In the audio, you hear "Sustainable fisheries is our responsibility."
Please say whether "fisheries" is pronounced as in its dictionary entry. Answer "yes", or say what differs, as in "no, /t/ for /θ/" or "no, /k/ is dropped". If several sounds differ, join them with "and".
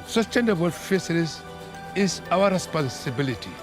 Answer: no, /s/ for /ʃ/